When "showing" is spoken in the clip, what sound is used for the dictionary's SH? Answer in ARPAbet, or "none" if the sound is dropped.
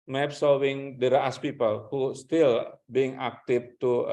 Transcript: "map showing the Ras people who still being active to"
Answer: S